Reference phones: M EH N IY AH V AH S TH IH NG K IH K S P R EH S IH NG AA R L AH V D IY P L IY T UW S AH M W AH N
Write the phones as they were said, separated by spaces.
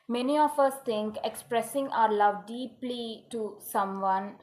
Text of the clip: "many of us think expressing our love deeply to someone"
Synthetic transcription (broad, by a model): M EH N IY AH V AH S T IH NG K IH K S P R EH S IH NG AA R L AH V D IY P L IY T UW S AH M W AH N